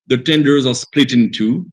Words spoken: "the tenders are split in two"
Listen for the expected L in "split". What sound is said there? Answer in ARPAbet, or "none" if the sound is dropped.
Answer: L